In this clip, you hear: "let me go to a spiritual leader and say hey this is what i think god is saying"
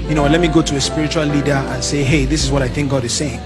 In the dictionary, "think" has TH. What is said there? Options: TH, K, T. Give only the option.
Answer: TH